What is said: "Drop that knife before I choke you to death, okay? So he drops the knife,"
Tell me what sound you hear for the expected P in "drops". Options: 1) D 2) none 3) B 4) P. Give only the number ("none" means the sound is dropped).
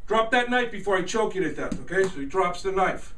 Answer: 4